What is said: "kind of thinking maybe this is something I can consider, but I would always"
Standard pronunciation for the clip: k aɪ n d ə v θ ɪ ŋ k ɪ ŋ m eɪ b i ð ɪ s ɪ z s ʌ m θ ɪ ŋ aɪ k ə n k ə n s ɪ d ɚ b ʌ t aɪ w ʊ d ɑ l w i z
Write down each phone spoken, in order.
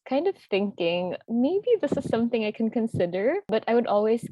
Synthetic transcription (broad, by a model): k aɪ n d ə v θ ɪ ŋ k ɪ ŋ m eɪ b i ð ɪ s ɪ z s ʌ m θ ɪ ŋ aɪ k ə n k ə n s ɪ d ɚ b ʌ t aɪ w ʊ d ɑ l w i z